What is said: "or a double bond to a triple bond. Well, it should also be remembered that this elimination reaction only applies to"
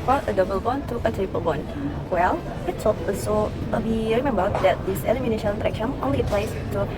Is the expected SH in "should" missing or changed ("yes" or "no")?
yes